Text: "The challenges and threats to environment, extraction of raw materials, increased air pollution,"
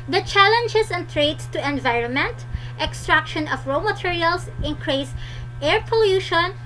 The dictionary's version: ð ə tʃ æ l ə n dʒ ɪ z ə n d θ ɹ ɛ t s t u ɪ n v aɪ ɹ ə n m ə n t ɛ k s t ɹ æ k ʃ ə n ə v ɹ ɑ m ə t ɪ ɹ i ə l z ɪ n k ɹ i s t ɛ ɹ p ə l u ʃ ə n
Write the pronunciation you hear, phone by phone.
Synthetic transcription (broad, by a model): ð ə tʃ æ l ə n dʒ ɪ s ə n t ɹ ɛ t s t u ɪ n v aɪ ɹ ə n m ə n t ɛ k s t ɹ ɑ k ʃ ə n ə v ɹ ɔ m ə t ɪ ɹ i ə l s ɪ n k ɹ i s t ɛ ɹ p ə l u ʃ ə n